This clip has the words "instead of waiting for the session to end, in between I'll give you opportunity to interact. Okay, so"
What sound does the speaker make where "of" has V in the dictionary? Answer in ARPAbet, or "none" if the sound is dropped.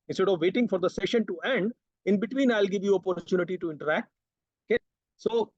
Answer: V